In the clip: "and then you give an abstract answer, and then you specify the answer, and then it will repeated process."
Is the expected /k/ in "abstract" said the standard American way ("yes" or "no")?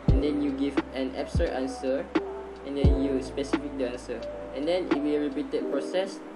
no